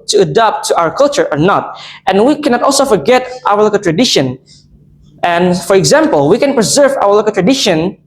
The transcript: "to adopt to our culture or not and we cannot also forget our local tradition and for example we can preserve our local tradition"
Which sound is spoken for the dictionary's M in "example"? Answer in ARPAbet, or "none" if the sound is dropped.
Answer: M